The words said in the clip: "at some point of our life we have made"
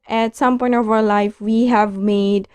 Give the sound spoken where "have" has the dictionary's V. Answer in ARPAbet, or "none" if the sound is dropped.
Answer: V